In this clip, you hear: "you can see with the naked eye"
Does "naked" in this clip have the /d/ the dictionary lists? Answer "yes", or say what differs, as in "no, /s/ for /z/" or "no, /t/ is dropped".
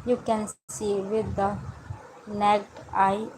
no, /d/ is dropped